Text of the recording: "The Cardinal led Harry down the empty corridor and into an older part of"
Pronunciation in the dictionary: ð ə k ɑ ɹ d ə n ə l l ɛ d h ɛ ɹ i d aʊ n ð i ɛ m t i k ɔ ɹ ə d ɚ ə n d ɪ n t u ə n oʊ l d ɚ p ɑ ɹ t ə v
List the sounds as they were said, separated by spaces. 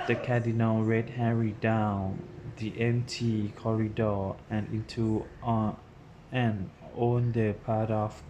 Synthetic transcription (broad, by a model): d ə k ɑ d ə n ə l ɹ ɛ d h ɛ ɹ i d aʊ n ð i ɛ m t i k ɔ ɹ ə d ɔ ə n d ɪ n t u ə n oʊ n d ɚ p ɑ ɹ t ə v